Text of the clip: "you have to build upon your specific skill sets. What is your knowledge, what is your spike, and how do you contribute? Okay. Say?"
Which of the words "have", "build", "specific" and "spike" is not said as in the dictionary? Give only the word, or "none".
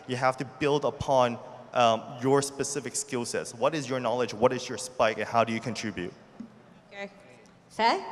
have